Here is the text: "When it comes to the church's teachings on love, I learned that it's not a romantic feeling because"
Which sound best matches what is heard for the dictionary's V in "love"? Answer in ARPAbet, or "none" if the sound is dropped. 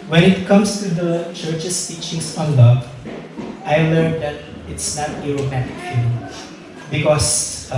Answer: none